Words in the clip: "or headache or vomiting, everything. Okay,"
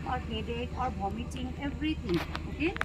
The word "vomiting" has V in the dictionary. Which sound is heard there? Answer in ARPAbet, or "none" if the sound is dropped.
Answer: B